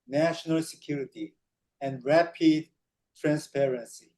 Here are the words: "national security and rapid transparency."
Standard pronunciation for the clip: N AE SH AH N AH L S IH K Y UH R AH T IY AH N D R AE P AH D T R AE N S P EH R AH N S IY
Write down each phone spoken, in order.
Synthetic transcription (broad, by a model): N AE SH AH N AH L S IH K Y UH R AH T IY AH N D R AE P AH D T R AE N S P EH R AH N S IY